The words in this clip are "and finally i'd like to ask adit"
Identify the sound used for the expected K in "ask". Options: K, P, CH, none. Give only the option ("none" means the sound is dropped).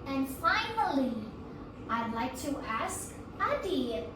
K